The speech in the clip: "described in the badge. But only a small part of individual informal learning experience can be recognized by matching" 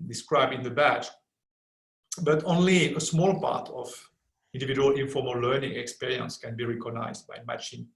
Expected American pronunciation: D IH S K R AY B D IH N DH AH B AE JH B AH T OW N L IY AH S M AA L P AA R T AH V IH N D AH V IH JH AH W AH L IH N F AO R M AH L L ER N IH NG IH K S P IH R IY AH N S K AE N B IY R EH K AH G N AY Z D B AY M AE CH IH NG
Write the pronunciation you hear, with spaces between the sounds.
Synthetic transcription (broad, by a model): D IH S K R AY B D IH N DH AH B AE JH B AH T OW N L IY AH S M AA L P AA R T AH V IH N D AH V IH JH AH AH L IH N F AO R M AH L L ER N IH NG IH K S P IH R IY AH N S K AE N B IY R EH K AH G N AY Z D B AY M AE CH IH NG